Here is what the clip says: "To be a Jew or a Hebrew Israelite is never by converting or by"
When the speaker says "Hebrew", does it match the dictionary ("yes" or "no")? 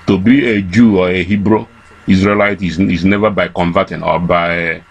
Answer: yes